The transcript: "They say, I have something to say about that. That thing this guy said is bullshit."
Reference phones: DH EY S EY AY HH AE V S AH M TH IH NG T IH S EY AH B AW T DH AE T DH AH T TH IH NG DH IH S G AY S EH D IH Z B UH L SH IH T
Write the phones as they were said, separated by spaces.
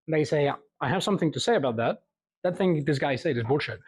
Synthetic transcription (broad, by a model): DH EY S EY AY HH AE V S AH M TH IH NG T IH S EY AH B AW T DH AE T DH AH T TH IH NG DH IH S G AY S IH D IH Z B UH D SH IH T